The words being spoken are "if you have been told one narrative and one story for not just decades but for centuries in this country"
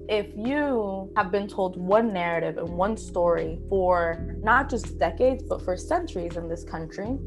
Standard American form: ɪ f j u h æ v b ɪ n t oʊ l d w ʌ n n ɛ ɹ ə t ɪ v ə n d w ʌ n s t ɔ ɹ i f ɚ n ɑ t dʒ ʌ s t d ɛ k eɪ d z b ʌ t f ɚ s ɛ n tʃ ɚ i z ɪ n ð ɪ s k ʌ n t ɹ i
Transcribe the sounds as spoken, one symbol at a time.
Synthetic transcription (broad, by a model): ɪ f j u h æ v b ɪ n t oʊ l d w ʌ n n ɛ ɹ ə t ɪ v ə n w ʌ n s t ɔ ɹ i f ɚ n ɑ t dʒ ʌ s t d ɛ k eɪ d z b ʌ t f ɚ s ɛ n tʃ ɚ i z ɪ n ð ɪ s k ʌ n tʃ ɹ i